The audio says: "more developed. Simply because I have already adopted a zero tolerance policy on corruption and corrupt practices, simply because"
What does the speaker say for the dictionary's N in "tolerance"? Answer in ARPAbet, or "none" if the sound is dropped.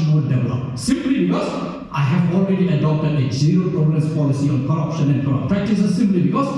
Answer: none